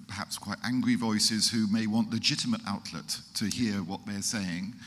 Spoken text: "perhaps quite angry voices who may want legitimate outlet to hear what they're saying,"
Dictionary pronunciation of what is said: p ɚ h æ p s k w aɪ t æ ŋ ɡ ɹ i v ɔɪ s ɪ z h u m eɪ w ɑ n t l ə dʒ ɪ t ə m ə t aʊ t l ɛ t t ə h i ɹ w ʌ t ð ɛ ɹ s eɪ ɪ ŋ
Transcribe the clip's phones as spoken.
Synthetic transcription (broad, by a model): p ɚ h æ p s k w aɪ t æ ŋ ɡ ɹ i v ɔɪ s ɪ z h u m eɪ w ɑ n t l ə dʒ ɪ t ə m ə t aʊ t l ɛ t t ə h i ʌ w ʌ t ð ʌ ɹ s eɪ ɪ ŋ